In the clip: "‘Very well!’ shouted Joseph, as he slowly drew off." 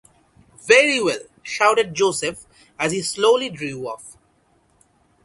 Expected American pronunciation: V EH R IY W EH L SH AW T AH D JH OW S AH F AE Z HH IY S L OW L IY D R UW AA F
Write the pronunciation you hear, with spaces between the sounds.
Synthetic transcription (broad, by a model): V EH R IY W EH L SH AW T AH D JH OW S AH F AE Z HH IY S L OW L IY D R UW AA F